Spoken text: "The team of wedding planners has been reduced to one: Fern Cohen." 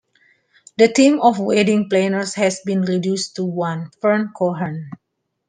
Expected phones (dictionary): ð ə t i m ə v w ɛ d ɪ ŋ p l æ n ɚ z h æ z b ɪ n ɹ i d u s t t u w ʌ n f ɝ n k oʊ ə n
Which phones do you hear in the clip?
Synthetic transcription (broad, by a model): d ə t i m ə f w ɛ d ɪ ŋ p l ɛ n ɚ s h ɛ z b ɪ n ɹ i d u s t t u w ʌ n f ɝ n k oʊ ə n